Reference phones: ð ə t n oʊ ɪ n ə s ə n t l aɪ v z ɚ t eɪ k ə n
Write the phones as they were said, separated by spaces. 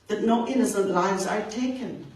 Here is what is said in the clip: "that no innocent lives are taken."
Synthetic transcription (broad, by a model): ð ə t n oʊ ɪ n ə s ə n t l aɪ v z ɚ t eɪ k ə n